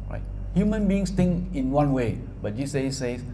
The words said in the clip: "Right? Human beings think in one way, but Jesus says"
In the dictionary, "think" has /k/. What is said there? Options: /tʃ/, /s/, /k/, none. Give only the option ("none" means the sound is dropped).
none